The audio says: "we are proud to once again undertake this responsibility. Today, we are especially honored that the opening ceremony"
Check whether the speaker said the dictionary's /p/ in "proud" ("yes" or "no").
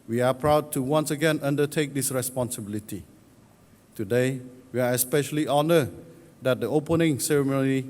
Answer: yes